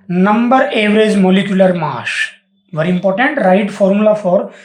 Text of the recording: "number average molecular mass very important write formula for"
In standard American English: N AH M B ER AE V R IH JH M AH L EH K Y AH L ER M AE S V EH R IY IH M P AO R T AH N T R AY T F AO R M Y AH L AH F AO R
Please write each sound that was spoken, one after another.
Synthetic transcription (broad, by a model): N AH M B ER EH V R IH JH M AH L EH K Y AH L ER M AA SH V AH R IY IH M P AO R T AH N T R AY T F AO R M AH L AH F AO R